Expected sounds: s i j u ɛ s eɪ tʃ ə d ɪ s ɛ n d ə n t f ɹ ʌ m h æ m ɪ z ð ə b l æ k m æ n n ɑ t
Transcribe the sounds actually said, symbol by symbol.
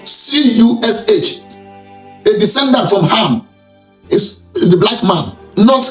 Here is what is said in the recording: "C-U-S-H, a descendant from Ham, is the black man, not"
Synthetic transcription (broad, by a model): s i j u ɛ s eɪ tʃ ə d ɪ s ɛ n d ə n t f ɹ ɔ m h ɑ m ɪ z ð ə b l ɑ k m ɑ n n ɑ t